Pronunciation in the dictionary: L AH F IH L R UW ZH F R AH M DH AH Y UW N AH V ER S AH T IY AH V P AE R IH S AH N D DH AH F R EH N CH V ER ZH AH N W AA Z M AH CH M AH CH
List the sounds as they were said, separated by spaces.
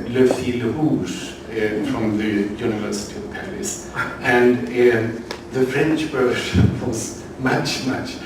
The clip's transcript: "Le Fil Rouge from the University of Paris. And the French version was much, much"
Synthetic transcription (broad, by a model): L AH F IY L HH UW S F R AH M DH AH Y UW N AH V ER S AH T IY AH V P AE R IH S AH N DH AH F R EH N CH B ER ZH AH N W AA Z M AH CH M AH CH